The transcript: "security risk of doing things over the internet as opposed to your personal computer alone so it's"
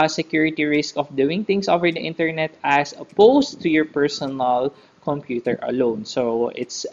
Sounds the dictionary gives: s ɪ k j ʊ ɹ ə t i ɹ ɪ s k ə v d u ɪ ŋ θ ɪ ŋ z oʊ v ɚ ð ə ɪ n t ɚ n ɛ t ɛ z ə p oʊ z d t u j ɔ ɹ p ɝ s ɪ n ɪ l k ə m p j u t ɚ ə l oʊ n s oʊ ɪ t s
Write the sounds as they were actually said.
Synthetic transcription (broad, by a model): s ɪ k j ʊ ɹ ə t i ɹ ɪ s k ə f d u ɪ ŋ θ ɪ ŋ s oʊ v ɚ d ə ɪ n t ɚ n ɛ t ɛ s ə p oʊ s t u j ɔ ɹ p ɝ s ɪ n ɪ l k ə m p j u t ɚ ə l oʊ n s oʊ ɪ t s